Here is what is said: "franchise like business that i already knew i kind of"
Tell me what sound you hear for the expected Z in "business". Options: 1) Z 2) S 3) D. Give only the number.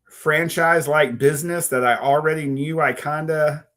1